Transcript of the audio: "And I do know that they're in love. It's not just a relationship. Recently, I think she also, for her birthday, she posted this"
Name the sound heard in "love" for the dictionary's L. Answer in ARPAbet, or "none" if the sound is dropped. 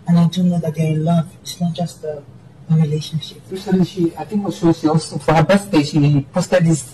L